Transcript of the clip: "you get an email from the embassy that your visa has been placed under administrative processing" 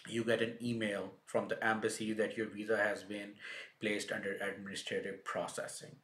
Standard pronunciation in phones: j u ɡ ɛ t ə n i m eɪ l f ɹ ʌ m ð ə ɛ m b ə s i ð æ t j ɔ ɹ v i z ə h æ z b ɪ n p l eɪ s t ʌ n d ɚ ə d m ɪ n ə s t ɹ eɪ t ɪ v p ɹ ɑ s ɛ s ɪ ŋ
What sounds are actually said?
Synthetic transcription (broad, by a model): j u ɡ ɛ t ə n i m eɪ l f ɹ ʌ m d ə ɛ m b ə s i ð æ t j ɔ ɹ v i z ə h æ z b ɪ n p l eɪ s t ʌ n d ɚ ə d m ɪ n ə s t ɹ eɪ t ɪ v p ɹ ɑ s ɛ s ɪ ŋ